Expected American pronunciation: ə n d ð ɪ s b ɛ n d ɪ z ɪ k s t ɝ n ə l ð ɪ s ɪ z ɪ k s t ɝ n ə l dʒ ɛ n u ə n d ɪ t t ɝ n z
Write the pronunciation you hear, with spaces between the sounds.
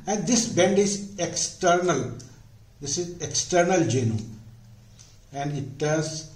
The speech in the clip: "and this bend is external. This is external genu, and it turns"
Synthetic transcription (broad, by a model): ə n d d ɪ s b ɛ n d ɪ z ɪ k s t ɝ n ə l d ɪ s ɪ z ɪ k s t ɝ n ə l dʒ ɛ n u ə n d ɪ t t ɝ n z